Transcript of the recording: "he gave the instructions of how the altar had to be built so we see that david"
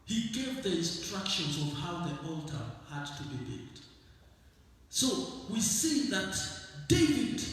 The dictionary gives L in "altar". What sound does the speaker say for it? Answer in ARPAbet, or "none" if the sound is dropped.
L